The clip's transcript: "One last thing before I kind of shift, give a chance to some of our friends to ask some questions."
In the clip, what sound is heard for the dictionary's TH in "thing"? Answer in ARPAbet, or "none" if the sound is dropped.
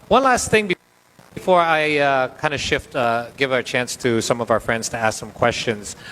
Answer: TH